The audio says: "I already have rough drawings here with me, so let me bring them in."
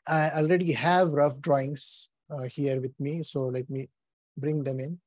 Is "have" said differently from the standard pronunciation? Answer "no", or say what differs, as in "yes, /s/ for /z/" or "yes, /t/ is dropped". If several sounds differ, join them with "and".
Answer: no